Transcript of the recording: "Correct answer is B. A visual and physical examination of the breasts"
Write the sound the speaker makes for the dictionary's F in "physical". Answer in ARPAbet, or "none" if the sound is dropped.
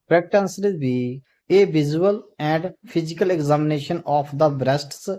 P